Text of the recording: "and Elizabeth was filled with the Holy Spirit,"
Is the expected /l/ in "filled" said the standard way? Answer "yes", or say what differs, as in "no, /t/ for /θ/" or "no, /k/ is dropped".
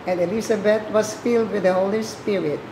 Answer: yes